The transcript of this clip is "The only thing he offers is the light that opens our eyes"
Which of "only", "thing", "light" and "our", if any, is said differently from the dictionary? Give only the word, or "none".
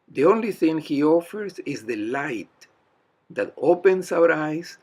none